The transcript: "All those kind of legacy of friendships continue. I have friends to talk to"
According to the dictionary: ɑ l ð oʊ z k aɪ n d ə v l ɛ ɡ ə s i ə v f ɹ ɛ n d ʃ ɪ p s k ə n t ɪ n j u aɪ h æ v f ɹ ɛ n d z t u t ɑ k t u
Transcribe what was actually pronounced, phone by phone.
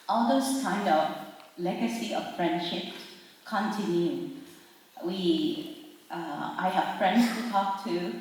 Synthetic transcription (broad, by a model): ɑ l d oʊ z k aɪ n d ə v l ɛ ɡ ə s i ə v f ɹ ɛ n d ʃ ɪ p k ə n t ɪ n j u aɪ h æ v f ɹ ɛ n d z t u t ɑ k t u